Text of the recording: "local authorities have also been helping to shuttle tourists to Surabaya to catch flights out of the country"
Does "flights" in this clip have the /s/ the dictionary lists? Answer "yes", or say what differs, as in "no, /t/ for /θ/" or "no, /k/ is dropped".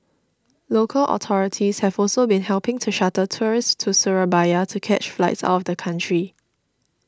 yes